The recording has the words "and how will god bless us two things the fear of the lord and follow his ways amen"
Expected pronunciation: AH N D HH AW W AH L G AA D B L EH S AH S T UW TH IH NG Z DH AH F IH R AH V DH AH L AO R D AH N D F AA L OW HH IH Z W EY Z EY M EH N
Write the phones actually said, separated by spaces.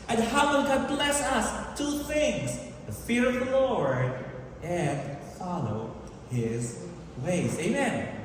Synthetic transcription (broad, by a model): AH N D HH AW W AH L G AA D B L EH S AH S T UW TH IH NG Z DH AH F IH R AH V DH AH L AO R D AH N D F AA L OW HH IH Z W EY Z EY M EH N